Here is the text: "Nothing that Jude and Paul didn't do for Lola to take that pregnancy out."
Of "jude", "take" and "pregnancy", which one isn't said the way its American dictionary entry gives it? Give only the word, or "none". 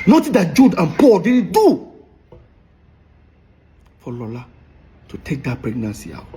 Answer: none